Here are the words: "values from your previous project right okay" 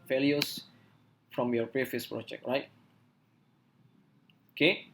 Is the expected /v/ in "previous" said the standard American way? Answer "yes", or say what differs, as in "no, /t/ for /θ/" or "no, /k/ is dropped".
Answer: no, /f/ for /v/